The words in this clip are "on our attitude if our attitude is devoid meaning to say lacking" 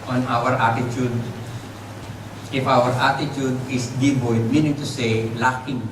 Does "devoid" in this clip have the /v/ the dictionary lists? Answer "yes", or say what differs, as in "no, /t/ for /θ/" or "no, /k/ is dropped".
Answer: no, /b/ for /v/